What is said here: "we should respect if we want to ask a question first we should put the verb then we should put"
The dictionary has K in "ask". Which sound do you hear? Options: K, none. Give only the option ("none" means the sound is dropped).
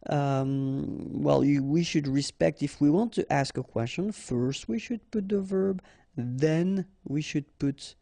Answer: K